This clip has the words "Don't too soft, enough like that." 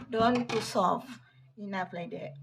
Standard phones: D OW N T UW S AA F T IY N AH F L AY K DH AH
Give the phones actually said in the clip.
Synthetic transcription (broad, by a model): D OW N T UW S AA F IY N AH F L AY K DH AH